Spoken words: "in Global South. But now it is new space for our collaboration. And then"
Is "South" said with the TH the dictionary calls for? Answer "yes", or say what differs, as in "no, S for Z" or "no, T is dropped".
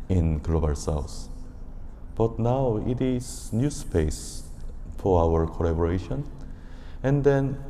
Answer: no, S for TH